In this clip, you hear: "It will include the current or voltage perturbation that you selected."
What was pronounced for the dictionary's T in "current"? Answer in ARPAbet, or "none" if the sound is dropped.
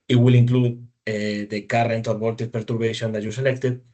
T